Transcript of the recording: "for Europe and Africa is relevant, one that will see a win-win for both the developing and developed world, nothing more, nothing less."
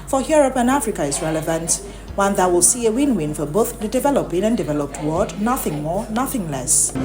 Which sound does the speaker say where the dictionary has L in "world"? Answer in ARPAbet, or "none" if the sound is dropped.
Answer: none